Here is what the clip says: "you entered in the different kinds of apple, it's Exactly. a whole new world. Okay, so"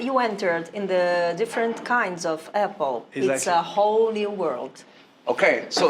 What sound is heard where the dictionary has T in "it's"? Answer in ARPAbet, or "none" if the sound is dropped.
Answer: S